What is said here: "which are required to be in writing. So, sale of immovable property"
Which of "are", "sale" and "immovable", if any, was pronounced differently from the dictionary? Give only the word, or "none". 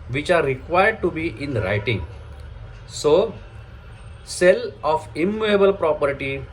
immovable